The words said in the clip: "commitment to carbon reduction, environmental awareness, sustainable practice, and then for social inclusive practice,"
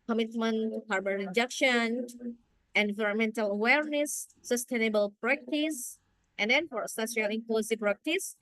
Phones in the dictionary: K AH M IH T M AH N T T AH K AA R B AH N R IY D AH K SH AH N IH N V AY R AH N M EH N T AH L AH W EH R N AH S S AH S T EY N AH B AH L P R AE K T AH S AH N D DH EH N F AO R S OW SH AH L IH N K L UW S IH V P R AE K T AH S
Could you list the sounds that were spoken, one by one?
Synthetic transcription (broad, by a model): K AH M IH T M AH N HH AA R B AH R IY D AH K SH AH N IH N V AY R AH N M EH N T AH L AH W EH R N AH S S AH S T EY N AH B AH L P R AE K T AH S AH N D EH N F AO R S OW S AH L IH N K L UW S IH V P R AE K T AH S